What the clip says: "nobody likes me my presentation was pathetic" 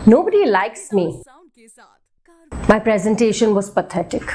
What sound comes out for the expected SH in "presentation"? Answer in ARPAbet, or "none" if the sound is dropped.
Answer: SH